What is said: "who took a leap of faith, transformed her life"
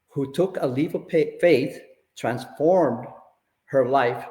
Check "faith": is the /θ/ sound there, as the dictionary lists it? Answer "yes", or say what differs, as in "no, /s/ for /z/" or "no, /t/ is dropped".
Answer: yes